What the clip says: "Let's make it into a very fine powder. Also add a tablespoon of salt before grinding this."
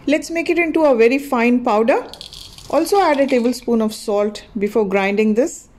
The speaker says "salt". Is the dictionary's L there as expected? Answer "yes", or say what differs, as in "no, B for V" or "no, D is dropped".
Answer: yes